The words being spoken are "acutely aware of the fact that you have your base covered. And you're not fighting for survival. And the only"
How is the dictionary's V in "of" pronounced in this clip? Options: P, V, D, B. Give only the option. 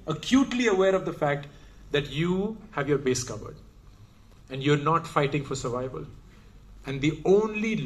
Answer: V